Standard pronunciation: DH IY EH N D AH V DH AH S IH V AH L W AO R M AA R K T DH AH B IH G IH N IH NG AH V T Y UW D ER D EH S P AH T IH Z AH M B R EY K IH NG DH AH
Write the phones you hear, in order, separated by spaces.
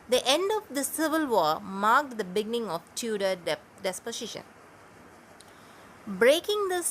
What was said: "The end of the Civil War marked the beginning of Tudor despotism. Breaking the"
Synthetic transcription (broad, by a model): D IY EH N D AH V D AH S IH V AH L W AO M AA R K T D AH B IH G IH N IH NG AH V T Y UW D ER D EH S P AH S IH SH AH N B R EY K IH NG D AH